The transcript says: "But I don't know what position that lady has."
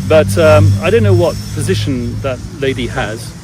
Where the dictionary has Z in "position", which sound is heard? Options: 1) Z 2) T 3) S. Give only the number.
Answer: 1